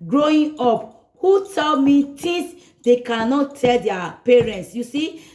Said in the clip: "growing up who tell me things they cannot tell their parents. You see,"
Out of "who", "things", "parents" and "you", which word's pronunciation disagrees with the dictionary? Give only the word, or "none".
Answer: things